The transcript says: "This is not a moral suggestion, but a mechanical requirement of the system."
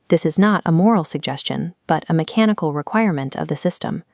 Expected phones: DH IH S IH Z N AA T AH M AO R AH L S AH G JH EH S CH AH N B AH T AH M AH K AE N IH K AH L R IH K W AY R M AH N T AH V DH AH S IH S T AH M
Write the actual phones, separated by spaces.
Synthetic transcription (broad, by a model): DH IH S IH Z N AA T AH M AO R L S AH G JH EH S CH AH N B AH T AH M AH K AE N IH K L R IH K W AY R M AH N T AH V DH AH S IH S T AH M